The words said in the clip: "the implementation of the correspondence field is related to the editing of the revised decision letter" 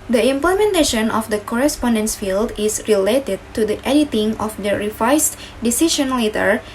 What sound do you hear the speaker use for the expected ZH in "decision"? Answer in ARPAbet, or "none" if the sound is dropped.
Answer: SH